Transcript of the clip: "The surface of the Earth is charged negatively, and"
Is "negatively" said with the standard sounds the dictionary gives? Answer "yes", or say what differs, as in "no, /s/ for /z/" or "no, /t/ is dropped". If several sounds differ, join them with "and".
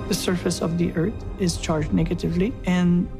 yes